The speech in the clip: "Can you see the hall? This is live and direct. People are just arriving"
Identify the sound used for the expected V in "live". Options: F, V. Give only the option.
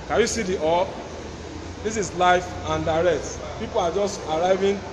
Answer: F